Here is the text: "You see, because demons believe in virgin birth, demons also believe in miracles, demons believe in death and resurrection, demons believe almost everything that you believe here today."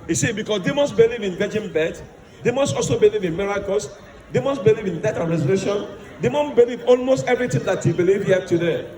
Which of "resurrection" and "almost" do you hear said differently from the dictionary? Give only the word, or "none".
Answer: resurrection